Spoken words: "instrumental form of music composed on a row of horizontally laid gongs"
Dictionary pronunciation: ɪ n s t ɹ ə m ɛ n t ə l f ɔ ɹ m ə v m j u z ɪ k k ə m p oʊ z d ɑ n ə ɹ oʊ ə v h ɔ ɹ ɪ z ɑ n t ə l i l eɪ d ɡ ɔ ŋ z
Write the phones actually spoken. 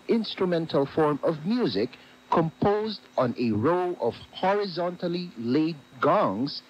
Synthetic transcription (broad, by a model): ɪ n s t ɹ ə m ɛ n t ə l f ɔ ɹ m ə v m j u z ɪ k k ə m p oʊ z d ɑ n ə ɹ oʊ ə v h ɔ ɹ ɪ z ɑ n t ə l i l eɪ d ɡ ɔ ŋ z